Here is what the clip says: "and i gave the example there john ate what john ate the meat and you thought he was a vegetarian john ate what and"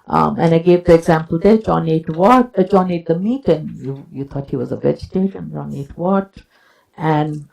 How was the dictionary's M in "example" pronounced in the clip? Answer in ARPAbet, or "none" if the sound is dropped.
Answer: M